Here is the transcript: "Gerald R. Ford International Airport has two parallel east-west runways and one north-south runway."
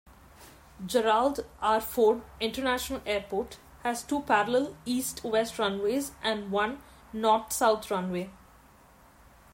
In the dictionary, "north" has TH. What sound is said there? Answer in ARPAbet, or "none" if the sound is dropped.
T